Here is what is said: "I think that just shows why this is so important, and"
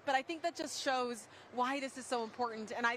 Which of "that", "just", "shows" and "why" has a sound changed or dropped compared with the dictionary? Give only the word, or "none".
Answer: none